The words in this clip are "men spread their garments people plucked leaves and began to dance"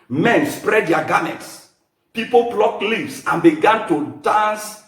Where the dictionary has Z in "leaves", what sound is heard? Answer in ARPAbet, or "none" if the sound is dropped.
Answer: S